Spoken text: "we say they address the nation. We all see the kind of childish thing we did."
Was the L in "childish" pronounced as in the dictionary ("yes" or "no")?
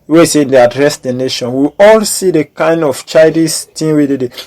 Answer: no